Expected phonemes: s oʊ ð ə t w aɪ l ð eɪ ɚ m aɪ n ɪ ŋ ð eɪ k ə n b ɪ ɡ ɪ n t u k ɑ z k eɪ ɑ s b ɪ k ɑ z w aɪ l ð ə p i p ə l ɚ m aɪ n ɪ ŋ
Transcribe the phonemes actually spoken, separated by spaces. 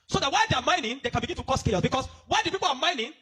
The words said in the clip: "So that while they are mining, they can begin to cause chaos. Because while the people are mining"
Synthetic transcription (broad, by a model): s oʊ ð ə t w aɪ l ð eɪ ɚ m aɪ n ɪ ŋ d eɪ k ə n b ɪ ɡ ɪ n t u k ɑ s k eɪ ɑ s b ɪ k ɑ s w aɪ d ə p i p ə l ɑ m aɪ n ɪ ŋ